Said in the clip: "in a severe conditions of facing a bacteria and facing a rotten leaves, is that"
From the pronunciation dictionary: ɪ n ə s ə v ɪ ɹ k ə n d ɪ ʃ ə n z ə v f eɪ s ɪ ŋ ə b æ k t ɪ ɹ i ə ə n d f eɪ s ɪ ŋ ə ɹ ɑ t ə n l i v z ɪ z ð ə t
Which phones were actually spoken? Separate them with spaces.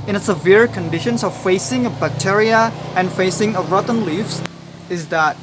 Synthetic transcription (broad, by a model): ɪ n ə s ə v ɪ ɹ k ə n d ɪ ʃ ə n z ə v f eɪ s ɪ ŋ ə b æ k t ɪ ɹ i ə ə n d f eɪ s ɪ ŋ ə ɹ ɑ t n l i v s ɪ z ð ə t